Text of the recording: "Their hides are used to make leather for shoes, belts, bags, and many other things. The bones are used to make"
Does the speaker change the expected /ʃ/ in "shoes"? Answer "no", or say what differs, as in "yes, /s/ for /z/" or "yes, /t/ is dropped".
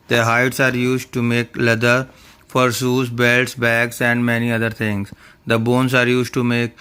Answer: yes, /s/ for /ʃ/